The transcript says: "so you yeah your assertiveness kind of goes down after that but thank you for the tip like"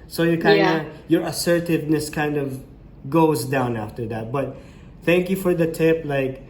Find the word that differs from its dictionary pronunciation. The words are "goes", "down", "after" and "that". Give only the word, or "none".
none